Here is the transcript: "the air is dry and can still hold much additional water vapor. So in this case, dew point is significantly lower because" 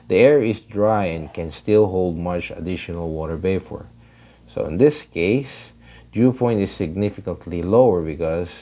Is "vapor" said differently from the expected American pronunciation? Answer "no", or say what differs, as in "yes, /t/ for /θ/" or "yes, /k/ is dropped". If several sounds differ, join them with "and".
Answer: yes, /b/ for /v/ and /f/ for /p/